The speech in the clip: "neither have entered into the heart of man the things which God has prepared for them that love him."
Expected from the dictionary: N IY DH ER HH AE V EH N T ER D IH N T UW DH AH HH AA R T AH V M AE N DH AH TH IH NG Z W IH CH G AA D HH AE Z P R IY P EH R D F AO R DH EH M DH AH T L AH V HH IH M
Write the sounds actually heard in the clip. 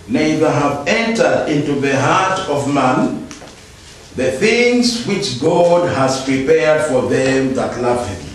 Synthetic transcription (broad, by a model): N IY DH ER HH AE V EH N T ER D IH N T UW DH AH HH AA R T AH V M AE N DH AH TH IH NG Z W IH CH G AA D HH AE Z P R IY P EH R D F AO R DH EH M DH AH T L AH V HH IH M